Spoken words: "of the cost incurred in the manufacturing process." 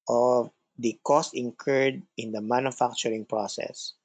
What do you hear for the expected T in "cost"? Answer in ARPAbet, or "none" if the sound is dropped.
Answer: T